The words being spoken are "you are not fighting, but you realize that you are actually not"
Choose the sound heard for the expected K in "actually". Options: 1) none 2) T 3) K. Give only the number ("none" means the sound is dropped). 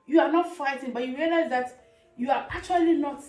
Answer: 1